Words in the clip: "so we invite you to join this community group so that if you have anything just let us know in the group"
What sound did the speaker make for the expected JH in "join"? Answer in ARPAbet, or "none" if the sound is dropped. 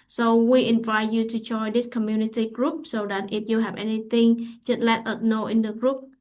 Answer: CH